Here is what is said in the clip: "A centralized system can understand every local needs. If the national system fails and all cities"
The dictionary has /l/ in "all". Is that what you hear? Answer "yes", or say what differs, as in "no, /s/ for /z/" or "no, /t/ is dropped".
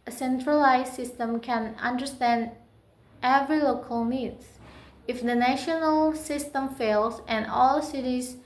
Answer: yes